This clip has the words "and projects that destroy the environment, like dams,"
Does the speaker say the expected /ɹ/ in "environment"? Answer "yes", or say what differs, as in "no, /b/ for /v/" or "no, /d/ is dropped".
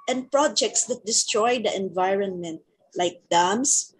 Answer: yes